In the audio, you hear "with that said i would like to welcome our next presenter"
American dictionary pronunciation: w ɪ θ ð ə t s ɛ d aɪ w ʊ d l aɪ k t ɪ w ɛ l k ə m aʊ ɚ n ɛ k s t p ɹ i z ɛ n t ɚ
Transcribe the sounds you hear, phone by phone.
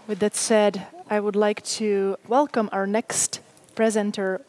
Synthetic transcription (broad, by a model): w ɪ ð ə t s ɛ d aɪ w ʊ d l aɪ k t ɪ w ɛ l k ə m aʊ ɚ n ɛ k s t p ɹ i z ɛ n t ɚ